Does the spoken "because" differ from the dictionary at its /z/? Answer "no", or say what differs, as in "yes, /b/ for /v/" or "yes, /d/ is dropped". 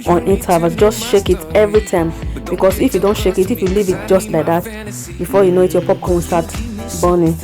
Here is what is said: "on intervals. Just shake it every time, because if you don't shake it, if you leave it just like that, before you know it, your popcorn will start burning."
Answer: yes, /s/ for /z/